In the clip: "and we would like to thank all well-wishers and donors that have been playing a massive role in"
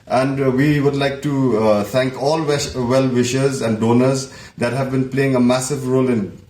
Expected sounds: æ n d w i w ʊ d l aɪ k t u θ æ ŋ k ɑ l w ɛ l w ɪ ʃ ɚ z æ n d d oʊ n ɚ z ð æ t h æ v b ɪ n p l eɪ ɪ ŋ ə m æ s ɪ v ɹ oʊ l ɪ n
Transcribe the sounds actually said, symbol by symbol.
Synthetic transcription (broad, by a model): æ n d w i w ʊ d l aɪ k t u t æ ŋ k ɑ l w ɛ l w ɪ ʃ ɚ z æ n d d oʊ n ɚ z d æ t h æ v b ɪ n p l eɪ ɪ ŋ ə m æ s ɪ v ɹ oʊ l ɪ n